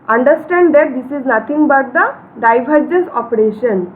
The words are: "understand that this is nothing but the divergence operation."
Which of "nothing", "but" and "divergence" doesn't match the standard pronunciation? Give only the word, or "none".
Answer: nothing